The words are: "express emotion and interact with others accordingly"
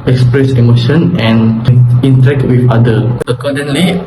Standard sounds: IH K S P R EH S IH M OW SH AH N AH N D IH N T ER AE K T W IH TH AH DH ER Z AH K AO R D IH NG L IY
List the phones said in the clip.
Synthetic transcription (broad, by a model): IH K S P R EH S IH M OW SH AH N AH N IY N T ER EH K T W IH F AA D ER AH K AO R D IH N L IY